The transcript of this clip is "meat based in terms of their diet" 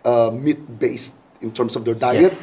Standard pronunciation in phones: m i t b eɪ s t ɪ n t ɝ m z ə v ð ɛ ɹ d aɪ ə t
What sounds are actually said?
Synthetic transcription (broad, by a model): m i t b eɪ s t ɪ n t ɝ m s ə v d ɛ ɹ d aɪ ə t